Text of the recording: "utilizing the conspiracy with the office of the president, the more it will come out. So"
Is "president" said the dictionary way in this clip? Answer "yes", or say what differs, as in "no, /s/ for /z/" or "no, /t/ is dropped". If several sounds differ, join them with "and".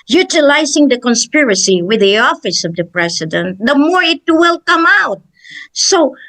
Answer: no, /s/ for /z/